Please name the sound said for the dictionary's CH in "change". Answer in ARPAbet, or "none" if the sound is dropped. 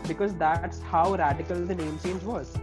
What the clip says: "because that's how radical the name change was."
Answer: S